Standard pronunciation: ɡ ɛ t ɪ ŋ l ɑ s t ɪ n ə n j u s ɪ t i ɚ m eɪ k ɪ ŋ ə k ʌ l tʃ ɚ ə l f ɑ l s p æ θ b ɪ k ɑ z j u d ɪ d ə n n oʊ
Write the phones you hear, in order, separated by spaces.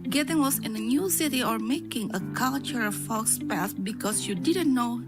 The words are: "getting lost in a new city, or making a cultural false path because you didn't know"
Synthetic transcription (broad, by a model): ɡ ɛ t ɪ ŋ w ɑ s ɪ n ə n j u s ɪ t i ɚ m eɪ k ɪ ŋ ə k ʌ l tʃ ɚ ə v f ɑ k s p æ s b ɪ k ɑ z j u d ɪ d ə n n oʊ